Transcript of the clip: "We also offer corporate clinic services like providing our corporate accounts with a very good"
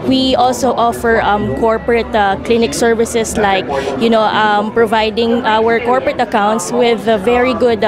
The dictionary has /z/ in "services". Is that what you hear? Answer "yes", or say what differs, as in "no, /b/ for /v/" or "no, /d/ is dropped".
no, /s/ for /z/